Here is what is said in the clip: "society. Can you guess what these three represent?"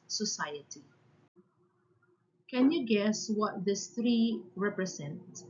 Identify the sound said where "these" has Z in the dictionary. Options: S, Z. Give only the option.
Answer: S